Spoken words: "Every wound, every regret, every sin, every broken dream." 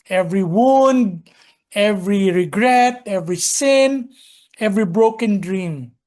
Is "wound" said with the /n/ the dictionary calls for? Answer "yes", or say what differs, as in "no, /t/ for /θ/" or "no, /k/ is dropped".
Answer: yes